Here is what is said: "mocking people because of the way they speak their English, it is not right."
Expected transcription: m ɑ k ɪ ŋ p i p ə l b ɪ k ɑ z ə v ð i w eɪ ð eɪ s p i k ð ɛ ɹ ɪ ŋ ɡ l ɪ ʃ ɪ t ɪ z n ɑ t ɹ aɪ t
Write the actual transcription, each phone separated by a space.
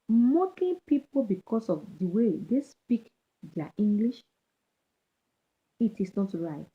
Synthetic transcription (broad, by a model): m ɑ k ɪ p i p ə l b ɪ k ɑ s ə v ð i w eɪ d eɪ s p i k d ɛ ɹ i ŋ ɡ l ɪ ʃ ɪ t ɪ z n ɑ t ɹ aɪ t